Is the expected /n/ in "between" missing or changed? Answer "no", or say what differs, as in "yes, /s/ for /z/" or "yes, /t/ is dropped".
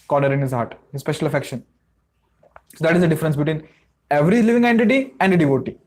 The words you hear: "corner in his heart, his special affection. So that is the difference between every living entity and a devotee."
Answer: no